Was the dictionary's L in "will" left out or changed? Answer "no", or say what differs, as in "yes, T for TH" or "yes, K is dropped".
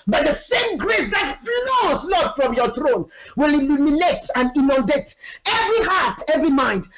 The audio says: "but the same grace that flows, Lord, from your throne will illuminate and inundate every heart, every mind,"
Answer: no